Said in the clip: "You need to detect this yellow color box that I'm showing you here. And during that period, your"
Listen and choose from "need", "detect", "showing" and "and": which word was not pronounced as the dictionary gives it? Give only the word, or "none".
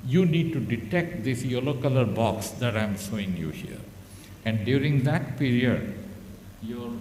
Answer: showing